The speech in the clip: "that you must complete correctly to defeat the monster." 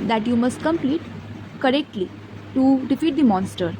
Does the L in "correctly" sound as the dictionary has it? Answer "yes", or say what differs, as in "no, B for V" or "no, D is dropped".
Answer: yes